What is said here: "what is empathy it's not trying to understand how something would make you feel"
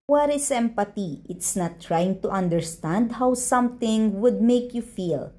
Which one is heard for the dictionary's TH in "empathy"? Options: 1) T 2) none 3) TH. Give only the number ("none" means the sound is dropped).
1